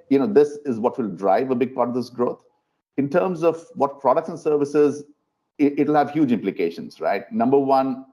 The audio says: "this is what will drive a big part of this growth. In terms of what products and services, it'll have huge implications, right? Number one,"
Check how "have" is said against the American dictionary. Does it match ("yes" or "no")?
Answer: yes